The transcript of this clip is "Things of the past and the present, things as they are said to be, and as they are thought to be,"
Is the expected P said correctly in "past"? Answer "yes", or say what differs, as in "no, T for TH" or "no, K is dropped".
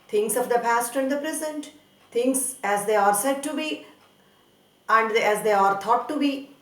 yes